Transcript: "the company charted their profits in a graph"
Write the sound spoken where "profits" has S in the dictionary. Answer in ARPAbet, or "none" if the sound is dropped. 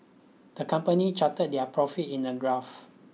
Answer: none